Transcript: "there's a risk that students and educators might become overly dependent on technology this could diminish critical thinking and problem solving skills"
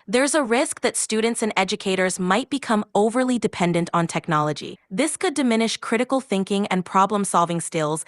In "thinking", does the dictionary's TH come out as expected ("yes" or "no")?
yes